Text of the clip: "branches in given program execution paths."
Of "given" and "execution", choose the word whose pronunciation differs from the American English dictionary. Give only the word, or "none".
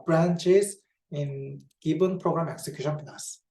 given